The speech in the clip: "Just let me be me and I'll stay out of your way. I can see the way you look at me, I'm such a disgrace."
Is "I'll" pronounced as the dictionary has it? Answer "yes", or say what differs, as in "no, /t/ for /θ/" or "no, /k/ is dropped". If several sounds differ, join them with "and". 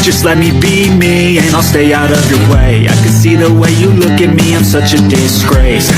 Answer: yes